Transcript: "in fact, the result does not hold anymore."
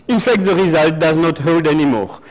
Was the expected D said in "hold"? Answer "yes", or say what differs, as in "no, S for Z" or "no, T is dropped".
yes